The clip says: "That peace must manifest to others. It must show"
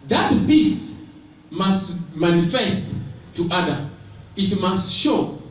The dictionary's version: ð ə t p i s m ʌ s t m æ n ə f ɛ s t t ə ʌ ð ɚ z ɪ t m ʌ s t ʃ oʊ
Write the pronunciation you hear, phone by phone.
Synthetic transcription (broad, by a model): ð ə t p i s m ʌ s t m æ n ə f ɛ s t t ə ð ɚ ɪ t m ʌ s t ʃ oʊ